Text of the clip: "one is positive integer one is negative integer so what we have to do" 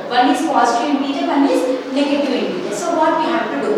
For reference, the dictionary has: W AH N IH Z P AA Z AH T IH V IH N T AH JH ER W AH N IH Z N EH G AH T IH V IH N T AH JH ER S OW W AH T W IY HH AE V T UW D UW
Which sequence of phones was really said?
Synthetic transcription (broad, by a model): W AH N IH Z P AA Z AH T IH IH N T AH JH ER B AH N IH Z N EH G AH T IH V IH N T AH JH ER S OW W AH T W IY HH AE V T UW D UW